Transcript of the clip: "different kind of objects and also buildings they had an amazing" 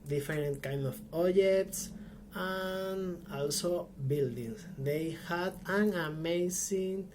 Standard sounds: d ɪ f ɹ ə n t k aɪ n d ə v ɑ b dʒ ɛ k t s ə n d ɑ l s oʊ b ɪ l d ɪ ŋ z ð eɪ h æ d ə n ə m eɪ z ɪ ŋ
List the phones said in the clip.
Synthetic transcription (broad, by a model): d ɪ f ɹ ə n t k aɪ n d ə p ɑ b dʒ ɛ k t s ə n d ɑ l s oʊ b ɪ l d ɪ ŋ s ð eɪ h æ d ə n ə m eɪ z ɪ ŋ